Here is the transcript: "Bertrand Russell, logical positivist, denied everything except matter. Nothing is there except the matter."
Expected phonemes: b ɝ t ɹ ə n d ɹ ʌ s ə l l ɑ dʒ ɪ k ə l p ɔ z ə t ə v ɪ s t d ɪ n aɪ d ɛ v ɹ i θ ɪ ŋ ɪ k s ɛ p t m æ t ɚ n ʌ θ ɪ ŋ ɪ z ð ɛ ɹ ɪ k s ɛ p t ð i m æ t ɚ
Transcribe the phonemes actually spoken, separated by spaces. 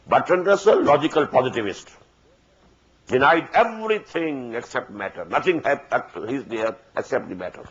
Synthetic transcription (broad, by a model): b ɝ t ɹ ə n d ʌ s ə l l ɑ dʒ ɪ k ə l p ɔ z ə t ə v ɪ s t d ɪ n aɪ d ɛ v ɹ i t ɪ ŋ ɪ k s ɛ p t m æ t ɚ n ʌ t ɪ ŋ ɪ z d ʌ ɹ ɪ k s ɛ p t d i m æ t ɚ